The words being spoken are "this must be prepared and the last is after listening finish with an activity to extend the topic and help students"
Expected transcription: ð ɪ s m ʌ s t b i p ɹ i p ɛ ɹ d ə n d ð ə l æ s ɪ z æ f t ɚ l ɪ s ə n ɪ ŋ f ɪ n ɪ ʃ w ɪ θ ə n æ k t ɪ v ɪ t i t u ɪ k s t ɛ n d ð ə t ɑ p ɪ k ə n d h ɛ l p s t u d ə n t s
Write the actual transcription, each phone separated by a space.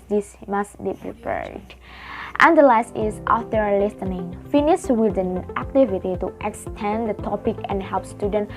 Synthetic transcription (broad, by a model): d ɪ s m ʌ s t b i p ɹ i p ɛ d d ə n d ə l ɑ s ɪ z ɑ f t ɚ l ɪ s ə n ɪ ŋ f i n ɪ s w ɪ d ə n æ k t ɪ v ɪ t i t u ɪ k s t ɛ n d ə t ɑ p ɪ k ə n h ɛ l p s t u d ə n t